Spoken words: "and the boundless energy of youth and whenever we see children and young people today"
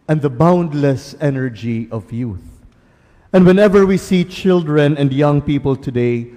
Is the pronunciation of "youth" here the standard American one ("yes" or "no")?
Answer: yes